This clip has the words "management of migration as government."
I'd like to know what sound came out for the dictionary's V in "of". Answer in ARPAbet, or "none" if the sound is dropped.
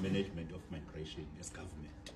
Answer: F